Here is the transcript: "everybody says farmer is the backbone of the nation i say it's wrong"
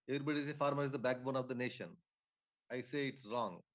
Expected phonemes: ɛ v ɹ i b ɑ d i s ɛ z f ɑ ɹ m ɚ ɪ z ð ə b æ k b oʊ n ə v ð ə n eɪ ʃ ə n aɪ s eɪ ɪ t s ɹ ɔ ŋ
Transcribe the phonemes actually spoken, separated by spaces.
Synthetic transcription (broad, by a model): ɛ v ɹ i b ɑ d i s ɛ f ɑ ɹ m ɚ ɪ z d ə b æ k b oʊ n ə v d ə n eɪ ʃ ə n aɪ s eɪ ɪ t s ɹ ɔ ŋ